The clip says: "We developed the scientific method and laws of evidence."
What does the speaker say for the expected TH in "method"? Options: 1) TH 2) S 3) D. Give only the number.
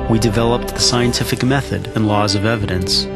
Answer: 1